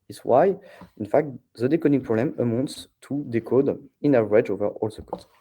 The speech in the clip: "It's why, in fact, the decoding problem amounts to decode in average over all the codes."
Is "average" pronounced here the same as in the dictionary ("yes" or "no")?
no